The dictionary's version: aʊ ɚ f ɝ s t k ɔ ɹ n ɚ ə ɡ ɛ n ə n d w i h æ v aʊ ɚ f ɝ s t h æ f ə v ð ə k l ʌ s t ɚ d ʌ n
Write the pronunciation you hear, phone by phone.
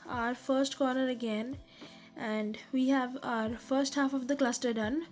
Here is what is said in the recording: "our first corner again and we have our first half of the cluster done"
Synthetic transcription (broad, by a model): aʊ ɚ f ɝ s t k ɔ ɹ n ɚ ə ɡ ɛ n ə n d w i h æ v aʊ ɚ f ɝ s t h æ f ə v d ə k l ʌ s t ɚ d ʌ n